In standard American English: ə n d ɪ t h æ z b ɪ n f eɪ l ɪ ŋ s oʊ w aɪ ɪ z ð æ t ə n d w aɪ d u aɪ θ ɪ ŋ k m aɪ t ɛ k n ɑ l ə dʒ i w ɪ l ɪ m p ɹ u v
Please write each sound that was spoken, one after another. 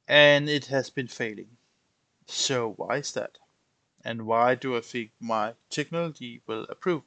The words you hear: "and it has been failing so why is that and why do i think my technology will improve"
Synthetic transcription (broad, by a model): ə n ɪ t h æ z b ɪ n f eɪ l ɪ ŋ s oʊ w aɪ ɪ z ð æ t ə n w aɪ d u aɪ f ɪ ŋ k m aɪ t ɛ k n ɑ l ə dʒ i w ɪ l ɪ p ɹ u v